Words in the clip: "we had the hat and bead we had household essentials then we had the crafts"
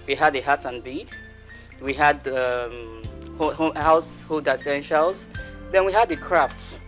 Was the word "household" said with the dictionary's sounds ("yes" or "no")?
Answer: no